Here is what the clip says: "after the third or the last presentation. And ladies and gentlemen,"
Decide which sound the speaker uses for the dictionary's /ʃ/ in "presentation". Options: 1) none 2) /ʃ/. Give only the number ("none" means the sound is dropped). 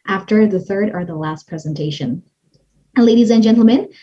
1